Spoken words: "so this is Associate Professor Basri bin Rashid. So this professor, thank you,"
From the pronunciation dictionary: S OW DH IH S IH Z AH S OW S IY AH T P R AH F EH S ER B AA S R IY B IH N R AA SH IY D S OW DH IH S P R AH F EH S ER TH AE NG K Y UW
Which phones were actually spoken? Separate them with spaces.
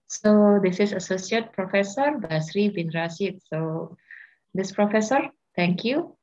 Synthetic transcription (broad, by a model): S OW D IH S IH S AH S OW S IY AH T P R AH F EH S ER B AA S R IY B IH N R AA S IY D S OW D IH S P R AH F EH S ER T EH NG K Y UW